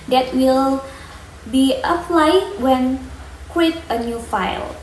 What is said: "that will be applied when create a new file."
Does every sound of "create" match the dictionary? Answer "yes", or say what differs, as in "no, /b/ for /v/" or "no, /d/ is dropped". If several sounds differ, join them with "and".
no, /w/ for /ɹ/